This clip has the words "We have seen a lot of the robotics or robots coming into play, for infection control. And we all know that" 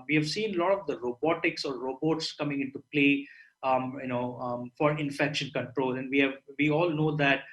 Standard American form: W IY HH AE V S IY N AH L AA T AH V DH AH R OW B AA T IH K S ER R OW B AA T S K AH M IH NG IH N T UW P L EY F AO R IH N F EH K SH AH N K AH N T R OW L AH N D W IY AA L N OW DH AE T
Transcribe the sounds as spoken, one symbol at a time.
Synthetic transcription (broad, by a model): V IY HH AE V S IY N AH L AA T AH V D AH R OW B AA T IH K S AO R OW B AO T S K AH M IH NG IH N T UW P L EY F AO R IH N F EH K SH AH N K AH N T R OW L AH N D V IY AA L N OW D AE T